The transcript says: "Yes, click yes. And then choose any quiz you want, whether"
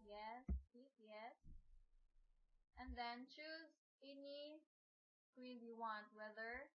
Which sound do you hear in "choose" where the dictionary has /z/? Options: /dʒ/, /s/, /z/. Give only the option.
/z/